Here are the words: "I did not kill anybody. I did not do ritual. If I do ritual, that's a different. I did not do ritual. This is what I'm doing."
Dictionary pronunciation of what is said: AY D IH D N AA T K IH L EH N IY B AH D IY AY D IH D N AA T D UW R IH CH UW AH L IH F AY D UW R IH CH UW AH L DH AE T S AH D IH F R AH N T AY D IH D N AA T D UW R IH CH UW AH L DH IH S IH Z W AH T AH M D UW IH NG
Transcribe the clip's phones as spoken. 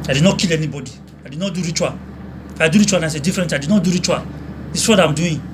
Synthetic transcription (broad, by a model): AY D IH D N AA T K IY L EH N IY B AH D IY AY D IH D N AA T D UW R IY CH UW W IH F AY D UW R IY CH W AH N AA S AH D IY F R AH N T AY D IH D N AA T D UW R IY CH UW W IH IH S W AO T AH M D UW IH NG